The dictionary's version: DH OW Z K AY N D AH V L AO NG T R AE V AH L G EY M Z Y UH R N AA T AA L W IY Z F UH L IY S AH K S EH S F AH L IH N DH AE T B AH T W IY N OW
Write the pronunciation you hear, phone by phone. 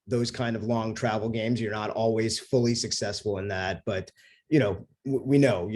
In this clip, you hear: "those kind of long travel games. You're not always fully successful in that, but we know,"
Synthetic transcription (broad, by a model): DH OW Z K AY N D AH V L AO NG T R AE V L G EY M Z Y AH R N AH T AA L W IY Z F UH L IY S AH K S EH S F L IH N DH AE T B AH T W IY N OW